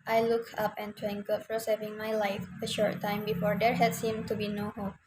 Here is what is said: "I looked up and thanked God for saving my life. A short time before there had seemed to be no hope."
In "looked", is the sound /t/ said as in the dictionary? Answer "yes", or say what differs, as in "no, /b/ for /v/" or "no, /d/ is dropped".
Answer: no, /t/ is dropped